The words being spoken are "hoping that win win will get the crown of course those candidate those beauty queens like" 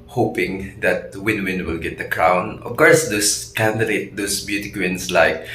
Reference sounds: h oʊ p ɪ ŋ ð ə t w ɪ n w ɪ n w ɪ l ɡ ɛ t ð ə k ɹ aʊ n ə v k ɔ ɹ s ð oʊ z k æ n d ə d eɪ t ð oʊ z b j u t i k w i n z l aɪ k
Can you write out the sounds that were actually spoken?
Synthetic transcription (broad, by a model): h oʊ p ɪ ŋ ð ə t w ɪ n w ɪ n w ɪ l ɡ ɛ t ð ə k ɹ aʊ n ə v k ɔ ɹ s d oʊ s k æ n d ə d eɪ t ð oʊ s b j u t i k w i n s l aɪ k